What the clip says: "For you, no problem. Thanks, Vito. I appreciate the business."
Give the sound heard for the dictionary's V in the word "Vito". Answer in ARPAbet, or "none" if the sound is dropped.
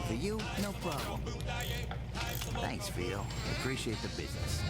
F